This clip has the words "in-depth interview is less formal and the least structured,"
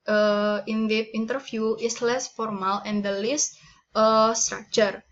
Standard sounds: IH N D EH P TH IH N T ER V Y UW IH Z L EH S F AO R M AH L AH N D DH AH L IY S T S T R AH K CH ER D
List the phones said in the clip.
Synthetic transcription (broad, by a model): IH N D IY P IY N T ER F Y UW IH S L EH S F AO R M AH L AH N D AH L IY S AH S T R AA K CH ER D